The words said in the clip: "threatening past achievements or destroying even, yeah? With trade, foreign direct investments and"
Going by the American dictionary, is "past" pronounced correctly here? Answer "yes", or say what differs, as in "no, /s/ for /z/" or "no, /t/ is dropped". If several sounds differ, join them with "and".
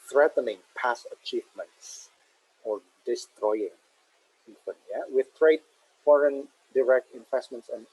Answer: no, /t/ is dropped